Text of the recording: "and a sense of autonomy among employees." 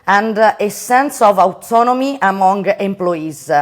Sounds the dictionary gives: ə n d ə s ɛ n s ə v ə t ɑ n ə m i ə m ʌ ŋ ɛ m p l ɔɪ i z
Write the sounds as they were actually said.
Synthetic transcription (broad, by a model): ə n d ə s ɛ n s ə v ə t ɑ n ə m i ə m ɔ ŋ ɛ m p l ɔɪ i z